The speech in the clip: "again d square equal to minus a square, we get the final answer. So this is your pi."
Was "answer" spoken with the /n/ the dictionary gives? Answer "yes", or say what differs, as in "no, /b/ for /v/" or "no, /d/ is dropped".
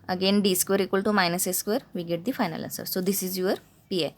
no, /n/ is dropped